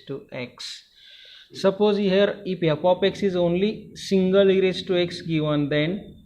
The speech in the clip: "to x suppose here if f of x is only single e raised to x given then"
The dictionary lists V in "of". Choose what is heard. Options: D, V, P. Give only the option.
P